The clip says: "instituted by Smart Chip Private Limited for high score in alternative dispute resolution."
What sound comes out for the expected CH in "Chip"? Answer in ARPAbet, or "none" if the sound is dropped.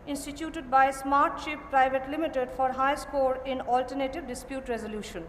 SH